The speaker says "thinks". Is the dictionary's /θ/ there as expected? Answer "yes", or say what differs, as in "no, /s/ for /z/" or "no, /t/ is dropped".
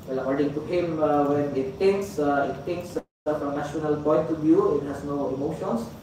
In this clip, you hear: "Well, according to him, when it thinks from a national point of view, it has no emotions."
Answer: no, /t/ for /θ/